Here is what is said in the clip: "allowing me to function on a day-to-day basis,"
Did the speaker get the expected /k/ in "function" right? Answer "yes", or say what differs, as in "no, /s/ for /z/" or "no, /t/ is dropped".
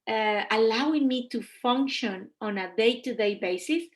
yes